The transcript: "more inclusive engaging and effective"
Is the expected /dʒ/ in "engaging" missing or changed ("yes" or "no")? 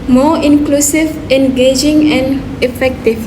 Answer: no